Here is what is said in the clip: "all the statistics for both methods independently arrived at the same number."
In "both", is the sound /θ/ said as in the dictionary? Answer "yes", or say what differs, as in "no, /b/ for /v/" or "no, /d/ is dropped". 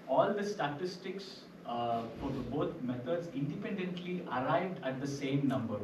no, /t/ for /θ/